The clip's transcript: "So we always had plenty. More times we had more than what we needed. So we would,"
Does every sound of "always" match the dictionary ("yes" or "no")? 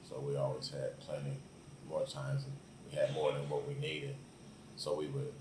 yes